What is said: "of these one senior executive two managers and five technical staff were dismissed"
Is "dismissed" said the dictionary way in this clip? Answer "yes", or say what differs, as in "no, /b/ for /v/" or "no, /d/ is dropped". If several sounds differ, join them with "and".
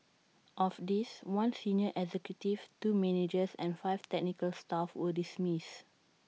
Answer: no, /t/ is dropped